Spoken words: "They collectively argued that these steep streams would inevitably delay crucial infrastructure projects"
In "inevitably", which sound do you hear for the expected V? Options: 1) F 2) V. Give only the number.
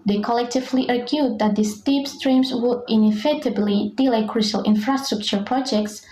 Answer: 1